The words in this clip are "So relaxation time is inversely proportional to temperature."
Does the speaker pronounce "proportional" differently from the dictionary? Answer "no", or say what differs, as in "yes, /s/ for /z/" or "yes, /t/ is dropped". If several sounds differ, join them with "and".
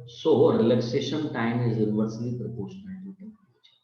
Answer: yes, /n/ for /l/